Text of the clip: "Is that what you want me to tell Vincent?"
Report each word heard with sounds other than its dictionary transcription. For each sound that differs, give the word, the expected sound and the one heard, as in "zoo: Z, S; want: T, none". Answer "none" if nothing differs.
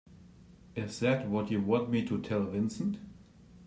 none